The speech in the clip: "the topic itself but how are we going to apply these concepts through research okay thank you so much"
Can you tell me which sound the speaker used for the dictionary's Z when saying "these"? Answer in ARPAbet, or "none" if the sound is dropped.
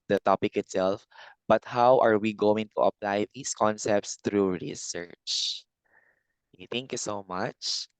S